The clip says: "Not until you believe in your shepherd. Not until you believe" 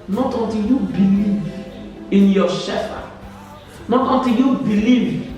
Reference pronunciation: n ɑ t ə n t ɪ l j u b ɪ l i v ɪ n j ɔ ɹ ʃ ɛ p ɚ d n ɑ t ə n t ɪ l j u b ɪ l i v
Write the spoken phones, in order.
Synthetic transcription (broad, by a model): n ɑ t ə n t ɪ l j u b ɪ l i v ɪ n j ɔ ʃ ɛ f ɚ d n ɑ t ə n t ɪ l j u b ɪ l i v